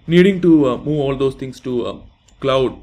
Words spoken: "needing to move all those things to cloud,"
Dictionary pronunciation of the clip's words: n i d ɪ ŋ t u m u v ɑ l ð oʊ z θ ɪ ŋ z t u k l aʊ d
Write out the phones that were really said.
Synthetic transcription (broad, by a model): n i d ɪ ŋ t u m u v ɑ l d oʊ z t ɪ ŋ s t u k l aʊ d